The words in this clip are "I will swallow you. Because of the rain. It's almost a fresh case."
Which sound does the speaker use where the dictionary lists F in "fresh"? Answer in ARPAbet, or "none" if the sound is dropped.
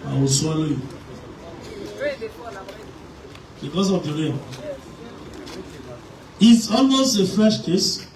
F